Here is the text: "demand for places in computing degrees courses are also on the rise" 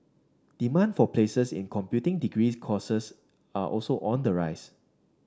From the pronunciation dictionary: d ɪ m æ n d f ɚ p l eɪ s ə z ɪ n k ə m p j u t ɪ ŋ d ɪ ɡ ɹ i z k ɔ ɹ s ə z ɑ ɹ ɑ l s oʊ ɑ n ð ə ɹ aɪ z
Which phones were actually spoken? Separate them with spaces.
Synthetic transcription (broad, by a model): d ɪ m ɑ n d f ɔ p l eɪ s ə s ɪ n k ə m p j u t ɪ ŋ d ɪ ɡ ɹ i s k ɔ s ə s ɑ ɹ ɑ l s oʊ ɑ n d ə ɹ aɪ s